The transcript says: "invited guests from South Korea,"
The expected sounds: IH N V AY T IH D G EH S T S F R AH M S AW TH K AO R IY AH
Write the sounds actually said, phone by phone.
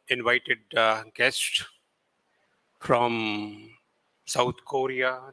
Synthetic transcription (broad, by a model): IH N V AY T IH D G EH S T F R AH M S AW T K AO R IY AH